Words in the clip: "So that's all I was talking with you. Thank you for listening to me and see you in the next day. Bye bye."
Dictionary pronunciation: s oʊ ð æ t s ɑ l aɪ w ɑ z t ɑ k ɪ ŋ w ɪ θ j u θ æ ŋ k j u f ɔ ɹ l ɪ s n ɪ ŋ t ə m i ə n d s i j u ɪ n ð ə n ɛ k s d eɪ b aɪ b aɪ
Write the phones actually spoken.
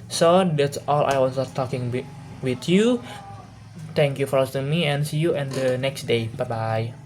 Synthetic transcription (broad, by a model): s oʊ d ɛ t s ɑ l aɪ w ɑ s t ɑ k ɪ ŋ w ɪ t j u t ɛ ŋ k j u f ɔ ɹ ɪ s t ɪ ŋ m i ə n s i j u ɪ n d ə n ɛ k s d eɪ b aɪ b aɪ